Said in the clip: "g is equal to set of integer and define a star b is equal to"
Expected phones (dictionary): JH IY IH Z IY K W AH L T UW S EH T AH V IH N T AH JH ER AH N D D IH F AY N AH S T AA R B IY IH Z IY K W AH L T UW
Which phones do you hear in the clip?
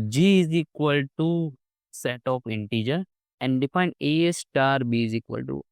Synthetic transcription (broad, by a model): JH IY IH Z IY K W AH L T UW S EH T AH P IH N T AH JH ER AH N D D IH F AY N AH S T AA R B IY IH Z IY K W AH L T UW